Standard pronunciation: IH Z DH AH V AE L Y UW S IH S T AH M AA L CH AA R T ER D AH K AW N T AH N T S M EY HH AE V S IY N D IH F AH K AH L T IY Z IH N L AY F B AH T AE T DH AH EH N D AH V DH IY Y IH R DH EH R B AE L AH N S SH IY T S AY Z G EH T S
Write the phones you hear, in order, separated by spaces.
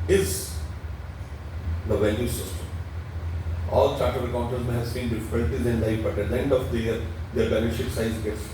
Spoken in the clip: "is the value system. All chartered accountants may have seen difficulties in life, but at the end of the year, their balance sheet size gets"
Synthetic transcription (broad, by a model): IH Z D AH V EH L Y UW S IH S T AH M AA L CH AA R T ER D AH K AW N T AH T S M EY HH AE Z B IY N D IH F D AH N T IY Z IH N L AY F B AH T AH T EH N D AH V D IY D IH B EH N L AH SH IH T S AY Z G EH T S